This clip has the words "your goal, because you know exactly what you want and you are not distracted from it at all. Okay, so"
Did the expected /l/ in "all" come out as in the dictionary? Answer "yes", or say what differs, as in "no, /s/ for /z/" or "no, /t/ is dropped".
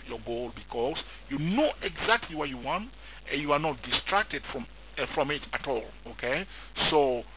yes